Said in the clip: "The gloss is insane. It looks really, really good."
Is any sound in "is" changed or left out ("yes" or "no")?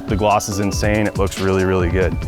no